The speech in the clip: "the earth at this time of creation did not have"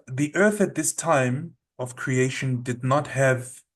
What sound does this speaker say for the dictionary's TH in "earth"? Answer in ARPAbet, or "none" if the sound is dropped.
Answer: TH